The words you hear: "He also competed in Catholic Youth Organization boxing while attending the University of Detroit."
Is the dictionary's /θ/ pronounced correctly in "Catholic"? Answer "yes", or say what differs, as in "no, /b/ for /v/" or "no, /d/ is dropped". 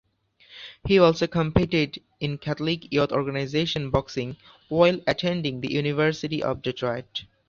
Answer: no, /t/ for /θ/